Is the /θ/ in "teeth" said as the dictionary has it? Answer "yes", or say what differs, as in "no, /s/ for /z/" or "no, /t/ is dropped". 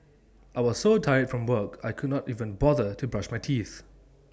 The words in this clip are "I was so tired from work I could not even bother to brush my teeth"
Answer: yes